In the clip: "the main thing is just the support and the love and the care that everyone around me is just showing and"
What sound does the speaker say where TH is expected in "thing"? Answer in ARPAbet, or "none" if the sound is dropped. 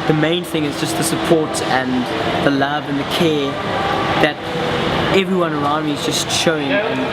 TH